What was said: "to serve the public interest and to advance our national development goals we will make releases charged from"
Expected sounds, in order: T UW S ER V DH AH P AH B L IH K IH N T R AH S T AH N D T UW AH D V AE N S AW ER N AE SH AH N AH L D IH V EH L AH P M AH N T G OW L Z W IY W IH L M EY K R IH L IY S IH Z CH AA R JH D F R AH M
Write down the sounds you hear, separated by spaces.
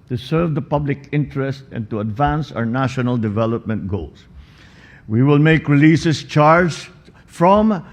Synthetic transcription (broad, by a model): T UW S ER V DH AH P AH B L IH K IH N T R AH S T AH N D T UW AH D V AE N S AW ER N AE SH AH N AH L D IH V EH L AH P M AH N T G OW L S W IY W IH L M EY K R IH L IY S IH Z CH AA R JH F R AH M